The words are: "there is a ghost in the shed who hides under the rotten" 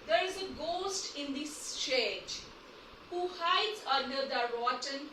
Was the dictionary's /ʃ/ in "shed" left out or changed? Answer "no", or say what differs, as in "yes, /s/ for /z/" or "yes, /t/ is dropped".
yes, /s/ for /ʃ/